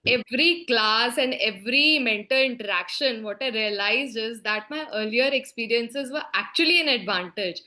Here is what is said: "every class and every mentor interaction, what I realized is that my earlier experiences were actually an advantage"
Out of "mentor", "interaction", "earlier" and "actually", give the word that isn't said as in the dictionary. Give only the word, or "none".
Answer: mentor